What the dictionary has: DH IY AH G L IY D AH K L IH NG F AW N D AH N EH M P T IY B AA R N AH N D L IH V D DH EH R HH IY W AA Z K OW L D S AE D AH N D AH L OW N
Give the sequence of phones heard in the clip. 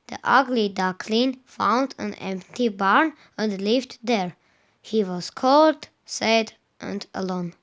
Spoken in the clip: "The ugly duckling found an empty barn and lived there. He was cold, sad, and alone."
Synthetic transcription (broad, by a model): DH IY AH G L IY D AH K L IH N F AW N D AH N EH M P T IY B AA R N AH N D L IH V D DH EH R HH IY W AA Z K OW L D S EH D AH N D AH L OW N